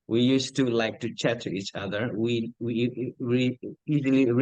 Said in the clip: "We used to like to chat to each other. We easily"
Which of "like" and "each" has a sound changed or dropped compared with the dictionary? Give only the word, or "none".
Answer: none